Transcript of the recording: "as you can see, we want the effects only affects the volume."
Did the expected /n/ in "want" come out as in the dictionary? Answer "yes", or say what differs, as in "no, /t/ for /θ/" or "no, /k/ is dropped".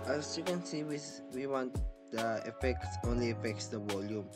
yes